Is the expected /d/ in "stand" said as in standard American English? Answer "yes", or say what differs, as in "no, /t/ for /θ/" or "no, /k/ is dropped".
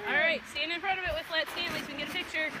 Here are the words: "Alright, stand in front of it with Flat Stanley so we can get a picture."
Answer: no, /d/ is dropped